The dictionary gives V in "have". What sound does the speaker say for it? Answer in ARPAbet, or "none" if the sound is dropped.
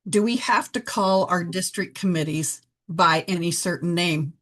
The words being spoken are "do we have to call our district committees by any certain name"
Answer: F